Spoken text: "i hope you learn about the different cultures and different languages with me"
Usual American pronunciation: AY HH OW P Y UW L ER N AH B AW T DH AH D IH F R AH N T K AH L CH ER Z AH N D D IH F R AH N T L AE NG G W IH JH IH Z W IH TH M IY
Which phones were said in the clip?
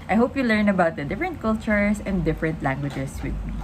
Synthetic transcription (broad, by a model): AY HH OW P Y UW L ER N AH B AW T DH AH D IH F R AH N T K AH L CH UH S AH N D D IH F R AH N T L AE NG G W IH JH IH S W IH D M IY